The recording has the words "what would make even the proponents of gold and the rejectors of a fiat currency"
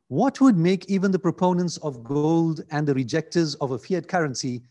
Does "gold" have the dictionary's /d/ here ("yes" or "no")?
yes